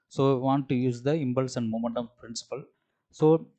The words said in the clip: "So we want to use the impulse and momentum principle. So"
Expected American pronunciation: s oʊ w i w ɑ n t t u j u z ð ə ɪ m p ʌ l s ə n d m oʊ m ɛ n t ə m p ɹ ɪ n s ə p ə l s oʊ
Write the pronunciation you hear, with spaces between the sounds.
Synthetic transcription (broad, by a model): s oʊ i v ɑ n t t u j u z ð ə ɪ m b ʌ l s ə n d m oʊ m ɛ n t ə m p ɹ ɪ n s ə p ə l s oʊ